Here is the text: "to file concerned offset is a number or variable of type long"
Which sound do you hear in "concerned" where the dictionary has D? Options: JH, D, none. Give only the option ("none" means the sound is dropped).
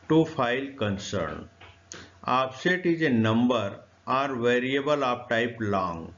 none